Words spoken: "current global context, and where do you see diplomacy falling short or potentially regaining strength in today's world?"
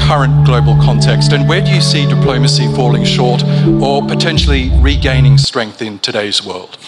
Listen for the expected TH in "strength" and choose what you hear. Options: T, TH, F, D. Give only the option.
TH